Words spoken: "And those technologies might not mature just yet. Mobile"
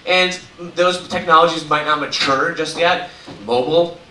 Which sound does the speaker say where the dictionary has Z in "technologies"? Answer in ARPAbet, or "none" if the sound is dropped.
Z